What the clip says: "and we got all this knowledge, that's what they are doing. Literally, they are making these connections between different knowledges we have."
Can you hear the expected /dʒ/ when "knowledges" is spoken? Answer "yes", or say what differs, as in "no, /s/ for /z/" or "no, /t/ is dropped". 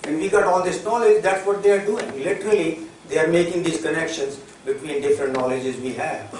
yes